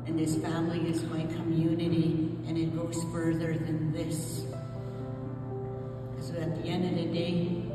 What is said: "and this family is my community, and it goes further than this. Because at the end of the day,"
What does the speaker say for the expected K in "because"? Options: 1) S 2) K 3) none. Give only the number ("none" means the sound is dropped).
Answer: 3